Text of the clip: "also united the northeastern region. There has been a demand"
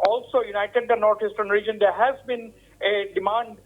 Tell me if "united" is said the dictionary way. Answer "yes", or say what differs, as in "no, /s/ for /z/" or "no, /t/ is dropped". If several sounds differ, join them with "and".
yes